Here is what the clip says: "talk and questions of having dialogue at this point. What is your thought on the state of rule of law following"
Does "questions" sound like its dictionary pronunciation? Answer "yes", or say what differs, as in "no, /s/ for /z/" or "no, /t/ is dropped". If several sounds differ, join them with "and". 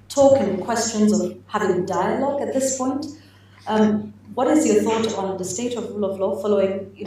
yes